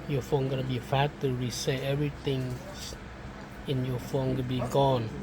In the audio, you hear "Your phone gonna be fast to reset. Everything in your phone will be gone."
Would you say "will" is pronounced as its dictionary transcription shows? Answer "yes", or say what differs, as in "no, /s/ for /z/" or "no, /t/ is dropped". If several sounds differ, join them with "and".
no, /n/ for /l/